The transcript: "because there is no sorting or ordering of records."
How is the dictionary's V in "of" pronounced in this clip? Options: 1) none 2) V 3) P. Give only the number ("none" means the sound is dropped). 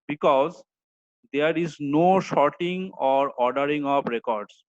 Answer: 3